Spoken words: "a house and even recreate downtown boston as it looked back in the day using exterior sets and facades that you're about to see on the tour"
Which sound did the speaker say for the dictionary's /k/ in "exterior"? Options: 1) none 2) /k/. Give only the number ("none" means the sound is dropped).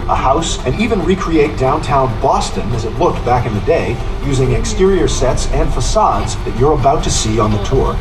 2